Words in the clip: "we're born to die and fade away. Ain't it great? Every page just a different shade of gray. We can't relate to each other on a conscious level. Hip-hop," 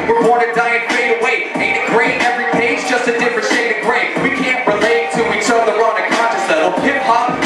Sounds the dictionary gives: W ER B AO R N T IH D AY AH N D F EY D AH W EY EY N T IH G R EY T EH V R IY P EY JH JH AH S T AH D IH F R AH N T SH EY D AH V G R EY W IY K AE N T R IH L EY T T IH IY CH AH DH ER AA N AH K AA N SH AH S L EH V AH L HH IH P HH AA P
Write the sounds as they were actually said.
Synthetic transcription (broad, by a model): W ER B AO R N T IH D AY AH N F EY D AH W EY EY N IH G R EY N EH V R IY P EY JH JH AH S T AH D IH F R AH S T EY AH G R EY W IY K AE N T R IH L EY T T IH IY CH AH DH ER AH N AH K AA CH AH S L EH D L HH IH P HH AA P